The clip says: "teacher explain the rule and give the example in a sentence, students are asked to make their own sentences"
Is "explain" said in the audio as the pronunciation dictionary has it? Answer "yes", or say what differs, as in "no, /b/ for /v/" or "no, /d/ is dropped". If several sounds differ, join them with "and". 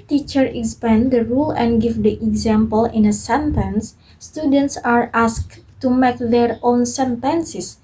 no, /l/ is dropped